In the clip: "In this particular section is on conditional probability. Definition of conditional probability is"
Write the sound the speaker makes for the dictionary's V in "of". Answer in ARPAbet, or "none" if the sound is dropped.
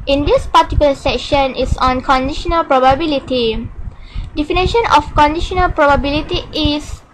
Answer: F